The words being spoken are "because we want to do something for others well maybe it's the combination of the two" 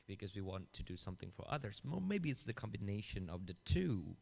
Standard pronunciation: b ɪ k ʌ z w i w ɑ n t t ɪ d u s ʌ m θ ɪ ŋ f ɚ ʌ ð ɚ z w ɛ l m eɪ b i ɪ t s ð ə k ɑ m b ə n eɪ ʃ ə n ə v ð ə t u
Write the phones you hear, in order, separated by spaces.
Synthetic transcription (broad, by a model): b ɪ k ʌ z w i w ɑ n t t ɪ d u s ʌ m θ ɪ ŋ f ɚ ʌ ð ɚ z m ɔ m eɪ b i ɪ t s ð ə k ɑ m b ə n eɪ ʃ ə n ə v ð ə t u